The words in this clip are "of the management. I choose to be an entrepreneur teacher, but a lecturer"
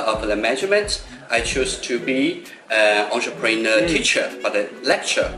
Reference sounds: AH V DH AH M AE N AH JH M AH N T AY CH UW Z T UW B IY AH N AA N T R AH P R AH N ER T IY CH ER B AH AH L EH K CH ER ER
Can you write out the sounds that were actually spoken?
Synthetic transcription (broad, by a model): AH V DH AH M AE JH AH M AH N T AY CH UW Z T UW B IY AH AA N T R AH P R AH N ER T IY CH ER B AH AH L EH K CH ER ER